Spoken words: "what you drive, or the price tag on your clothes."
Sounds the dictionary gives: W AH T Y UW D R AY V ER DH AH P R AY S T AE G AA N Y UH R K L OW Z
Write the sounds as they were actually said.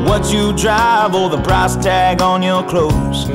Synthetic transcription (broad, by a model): W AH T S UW D R AY V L DH AH B R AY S T AE G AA N Y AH R K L OW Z